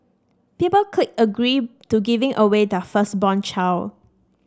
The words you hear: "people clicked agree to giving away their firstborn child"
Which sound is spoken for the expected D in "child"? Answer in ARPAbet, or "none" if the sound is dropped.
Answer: none